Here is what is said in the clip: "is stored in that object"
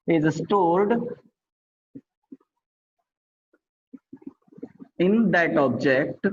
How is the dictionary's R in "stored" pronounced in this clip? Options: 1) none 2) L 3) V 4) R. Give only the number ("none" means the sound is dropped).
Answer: 2